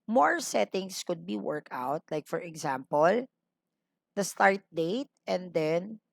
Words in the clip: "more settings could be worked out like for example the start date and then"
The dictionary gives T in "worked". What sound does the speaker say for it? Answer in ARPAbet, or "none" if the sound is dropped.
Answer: none